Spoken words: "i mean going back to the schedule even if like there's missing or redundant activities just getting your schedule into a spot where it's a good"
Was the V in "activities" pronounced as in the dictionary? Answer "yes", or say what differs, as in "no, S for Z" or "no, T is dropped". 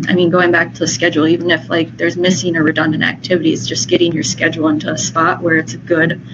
yes